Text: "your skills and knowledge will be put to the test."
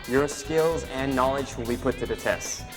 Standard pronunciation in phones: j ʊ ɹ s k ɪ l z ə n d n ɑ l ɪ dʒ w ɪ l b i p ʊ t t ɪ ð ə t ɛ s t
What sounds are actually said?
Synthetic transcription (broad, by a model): j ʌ ɹ s k ɪ l z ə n n ɑ l ɪ dʒ w ɪ l b i p ʊ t t ɪ ð ə t ɛ s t